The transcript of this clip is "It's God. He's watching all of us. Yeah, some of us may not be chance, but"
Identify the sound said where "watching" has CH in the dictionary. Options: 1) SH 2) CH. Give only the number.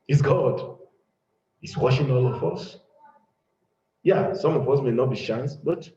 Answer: 1